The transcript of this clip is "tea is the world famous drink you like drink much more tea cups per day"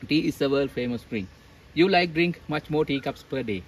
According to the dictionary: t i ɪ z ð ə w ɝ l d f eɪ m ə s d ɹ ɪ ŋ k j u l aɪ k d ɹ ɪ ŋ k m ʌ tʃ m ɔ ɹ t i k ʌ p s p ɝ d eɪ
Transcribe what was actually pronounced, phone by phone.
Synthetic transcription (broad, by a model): t i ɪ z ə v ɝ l f eɪ m ə s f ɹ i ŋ j u l aɪ k d ɹ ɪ ŋ k m ʌ tʃ m ɔ ɹ t i k ʌ p s p ɝ d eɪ